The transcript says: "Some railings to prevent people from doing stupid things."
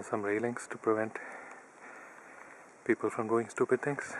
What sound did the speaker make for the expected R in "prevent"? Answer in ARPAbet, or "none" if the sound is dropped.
R